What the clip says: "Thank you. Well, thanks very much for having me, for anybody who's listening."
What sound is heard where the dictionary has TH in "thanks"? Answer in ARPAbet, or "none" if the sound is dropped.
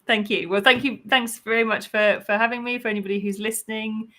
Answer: TH